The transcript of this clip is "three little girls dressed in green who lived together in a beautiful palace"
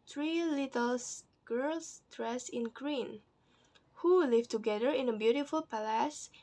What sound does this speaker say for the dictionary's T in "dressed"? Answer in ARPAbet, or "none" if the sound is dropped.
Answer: none